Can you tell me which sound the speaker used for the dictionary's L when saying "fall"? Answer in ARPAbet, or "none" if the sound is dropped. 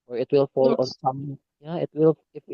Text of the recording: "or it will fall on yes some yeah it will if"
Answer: L